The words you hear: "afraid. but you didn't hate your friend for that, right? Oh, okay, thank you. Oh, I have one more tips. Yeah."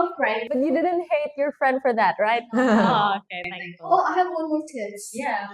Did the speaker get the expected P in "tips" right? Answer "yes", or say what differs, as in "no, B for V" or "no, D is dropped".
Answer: no, P is dropped